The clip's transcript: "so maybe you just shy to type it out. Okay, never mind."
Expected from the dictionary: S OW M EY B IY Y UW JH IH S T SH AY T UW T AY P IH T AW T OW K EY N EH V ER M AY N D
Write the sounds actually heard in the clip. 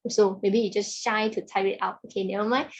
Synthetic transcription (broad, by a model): S OW M EY B IY Y UW JH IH S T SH AY T UW T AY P IH T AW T OW K EY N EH ER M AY